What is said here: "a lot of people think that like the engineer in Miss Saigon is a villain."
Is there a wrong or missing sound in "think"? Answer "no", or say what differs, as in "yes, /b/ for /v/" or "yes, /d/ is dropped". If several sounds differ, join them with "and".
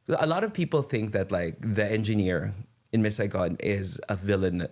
no